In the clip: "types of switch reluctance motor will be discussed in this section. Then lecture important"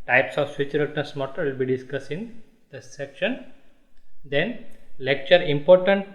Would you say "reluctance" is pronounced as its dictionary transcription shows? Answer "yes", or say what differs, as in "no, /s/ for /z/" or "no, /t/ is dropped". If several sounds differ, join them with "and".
no, /n/ is dropped